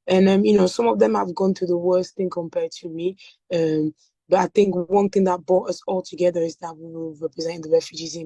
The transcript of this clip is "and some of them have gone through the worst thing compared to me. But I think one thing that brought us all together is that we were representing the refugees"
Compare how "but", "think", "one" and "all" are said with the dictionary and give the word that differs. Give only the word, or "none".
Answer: none